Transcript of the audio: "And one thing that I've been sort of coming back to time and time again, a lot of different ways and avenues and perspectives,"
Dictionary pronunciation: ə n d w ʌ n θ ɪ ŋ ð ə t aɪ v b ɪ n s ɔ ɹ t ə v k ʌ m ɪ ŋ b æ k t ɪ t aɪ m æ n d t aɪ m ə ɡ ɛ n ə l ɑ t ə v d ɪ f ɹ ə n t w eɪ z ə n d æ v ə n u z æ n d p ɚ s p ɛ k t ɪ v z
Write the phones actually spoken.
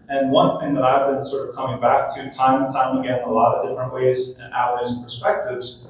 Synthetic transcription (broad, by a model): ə n w ʌ n θ ɪ ŋ ð ə t aɪ v b ɪ n s ɔ ɹ t ə v k ʌ m ɪ ŋ b æ k t ɪ t aɪ m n t aɪ m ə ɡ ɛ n ə l ɑ t ə v d ɪ f ɹ ə n t w eɪ z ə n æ ə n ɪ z p ɚ s p ɛ k t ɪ v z